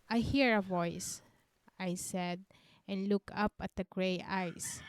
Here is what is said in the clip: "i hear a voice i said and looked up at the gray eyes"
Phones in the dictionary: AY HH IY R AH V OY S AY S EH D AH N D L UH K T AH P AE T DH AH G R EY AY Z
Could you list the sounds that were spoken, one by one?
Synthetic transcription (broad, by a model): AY HH IY R AH V OY S AY S EH D AH N D L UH K AH P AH T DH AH G R EY AY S